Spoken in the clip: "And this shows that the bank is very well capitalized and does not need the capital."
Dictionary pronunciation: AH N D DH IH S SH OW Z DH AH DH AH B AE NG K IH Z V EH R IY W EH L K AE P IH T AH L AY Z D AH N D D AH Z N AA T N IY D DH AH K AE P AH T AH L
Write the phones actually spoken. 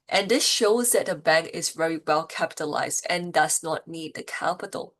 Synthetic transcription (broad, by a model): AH N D DH IH S SH OW Z DH AH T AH B AE NG K IH Z V EH R IY W EH L K AE P IH T AH L AY Z D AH N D D AH Z N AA T N IY D DH AH K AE P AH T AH L